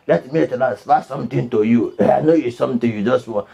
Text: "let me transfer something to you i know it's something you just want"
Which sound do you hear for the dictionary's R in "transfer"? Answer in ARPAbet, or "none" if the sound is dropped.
L